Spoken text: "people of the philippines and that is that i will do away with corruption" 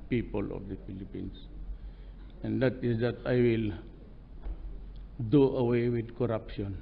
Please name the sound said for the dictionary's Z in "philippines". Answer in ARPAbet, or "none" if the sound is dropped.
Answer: S